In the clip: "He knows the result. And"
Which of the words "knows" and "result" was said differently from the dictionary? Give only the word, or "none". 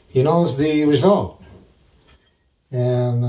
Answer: none